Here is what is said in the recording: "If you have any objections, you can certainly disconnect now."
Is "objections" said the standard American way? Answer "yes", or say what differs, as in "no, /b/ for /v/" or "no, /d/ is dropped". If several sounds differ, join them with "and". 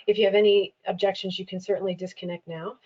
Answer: yes